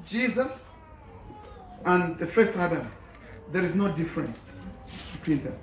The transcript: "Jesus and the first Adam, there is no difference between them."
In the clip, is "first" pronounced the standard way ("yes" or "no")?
yes